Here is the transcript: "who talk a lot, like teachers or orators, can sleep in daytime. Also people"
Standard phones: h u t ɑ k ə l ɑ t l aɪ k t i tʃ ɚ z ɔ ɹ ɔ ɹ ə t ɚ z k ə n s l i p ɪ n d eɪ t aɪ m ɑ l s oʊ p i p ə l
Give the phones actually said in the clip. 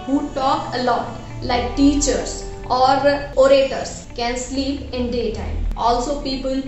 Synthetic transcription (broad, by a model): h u t ɑ k ə l ɑ t l aɪ k t i tʃ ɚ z ɔ ɹ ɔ ɹ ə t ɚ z k ə n s l i p ɪ n d eɪ t aɪ m ɑ l s oʊ p i p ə l